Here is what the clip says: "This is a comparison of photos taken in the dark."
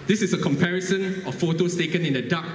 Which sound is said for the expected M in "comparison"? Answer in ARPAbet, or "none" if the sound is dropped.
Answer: M